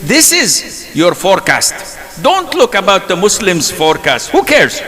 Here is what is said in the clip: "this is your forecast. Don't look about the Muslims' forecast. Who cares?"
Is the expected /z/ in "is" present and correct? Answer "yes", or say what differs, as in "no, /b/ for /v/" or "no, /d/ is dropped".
yes